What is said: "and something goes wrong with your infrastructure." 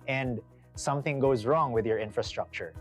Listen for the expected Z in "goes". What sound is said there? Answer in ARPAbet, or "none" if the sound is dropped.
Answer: Z